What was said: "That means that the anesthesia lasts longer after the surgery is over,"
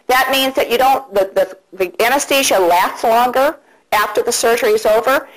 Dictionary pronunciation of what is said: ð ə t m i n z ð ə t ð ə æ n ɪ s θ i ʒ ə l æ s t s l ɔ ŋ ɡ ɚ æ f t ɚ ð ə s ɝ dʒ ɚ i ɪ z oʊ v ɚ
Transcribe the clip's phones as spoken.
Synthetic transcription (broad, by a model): ð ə t m i n z ð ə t ð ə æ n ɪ s t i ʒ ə l æ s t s l ɔ ŋ ɡ ɚ æ f t ɚ ð ə s ɝ dʒ ɚ i ɪ z oʊ v ɚ